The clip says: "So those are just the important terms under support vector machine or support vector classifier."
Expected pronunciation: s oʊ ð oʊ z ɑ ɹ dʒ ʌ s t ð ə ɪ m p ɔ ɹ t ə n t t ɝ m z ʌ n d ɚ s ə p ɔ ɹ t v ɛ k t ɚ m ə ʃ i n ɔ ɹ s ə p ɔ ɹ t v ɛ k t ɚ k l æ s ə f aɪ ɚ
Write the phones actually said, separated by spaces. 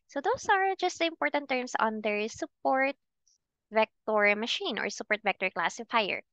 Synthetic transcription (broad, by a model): s oʊ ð oʊ s ɑ ɹ dʒ ʌ s t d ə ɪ m p ɔ ɹ t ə n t t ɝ m s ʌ n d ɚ s ə p ɔ ɹ t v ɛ k t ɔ m ə ʃ i n ɔ ɹ s ə p ɔ ɹ t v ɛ k t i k l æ s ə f aɪ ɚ